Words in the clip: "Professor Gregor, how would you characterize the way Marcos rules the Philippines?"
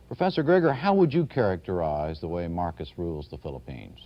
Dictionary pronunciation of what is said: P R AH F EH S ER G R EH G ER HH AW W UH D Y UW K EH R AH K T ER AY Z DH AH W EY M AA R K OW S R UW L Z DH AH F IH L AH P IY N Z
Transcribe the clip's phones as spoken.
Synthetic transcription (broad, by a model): P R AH F EH S ER G R EH G ER HH AW W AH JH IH K EH R AH K T ER AY Z DH AH W EY M AA R K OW S R UW L Z DH AH F IH L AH P IY N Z